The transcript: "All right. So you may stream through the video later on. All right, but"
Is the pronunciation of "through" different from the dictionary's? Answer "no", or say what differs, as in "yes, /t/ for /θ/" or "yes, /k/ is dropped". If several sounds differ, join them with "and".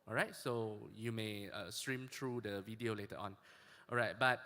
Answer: yes, /t/ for /θ/